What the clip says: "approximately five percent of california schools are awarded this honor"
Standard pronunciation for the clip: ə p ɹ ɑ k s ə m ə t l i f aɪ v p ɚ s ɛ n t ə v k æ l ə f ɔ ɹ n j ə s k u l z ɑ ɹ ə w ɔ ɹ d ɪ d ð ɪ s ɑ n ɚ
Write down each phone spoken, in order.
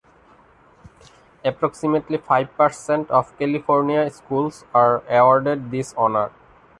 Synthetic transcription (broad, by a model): ə p ɹ ɑ k s ə m ə t l i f aɪ b p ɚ s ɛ n t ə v k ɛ l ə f ɔ ɹ n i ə s k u l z ɑ ɹ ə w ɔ ɹ d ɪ d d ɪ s ɑ n ɚ